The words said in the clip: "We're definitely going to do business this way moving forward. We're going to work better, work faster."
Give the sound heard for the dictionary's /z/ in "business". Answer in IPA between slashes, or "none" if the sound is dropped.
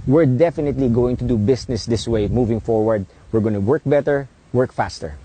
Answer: /s/